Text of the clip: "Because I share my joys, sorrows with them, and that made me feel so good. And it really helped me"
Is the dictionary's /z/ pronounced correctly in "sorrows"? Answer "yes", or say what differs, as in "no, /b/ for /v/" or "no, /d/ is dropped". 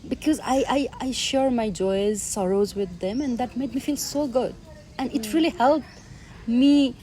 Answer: yes